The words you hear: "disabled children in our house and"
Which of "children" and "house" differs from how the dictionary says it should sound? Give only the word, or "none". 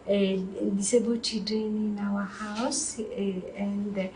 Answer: children